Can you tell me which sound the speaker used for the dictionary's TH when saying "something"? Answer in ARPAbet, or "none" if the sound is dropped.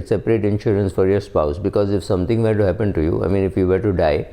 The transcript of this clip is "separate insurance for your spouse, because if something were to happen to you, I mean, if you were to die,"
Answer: T